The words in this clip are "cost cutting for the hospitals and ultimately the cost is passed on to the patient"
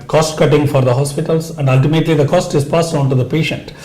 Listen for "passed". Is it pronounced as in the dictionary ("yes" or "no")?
no